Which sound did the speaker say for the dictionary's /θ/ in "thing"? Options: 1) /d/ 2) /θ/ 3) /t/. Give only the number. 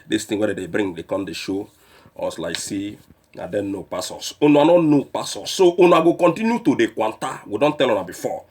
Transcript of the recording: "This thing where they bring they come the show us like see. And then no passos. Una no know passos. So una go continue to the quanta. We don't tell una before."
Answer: 3